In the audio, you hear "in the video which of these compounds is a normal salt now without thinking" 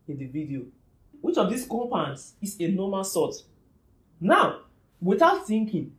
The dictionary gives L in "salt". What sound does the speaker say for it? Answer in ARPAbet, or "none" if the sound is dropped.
none